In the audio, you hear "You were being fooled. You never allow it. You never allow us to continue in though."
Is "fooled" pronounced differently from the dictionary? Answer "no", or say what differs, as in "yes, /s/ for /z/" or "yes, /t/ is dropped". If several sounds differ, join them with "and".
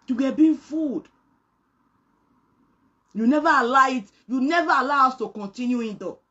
yes, /l/ is dropped